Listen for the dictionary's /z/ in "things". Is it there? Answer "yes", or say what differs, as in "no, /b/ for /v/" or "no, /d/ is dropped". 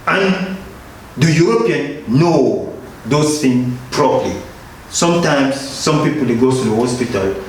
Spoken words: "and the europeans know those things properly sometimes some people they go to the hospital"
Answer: no, /z/ is dropped